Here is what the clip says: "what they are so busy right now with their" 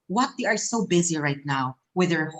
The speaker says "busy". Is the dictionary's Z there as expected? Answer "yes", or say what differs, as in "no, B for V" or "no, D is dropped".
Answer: yes